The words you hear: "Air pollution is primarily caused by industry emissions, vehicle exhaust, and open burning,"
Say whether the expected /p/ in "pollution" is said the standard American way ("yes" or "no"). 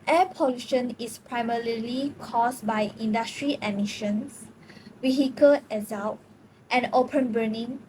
yes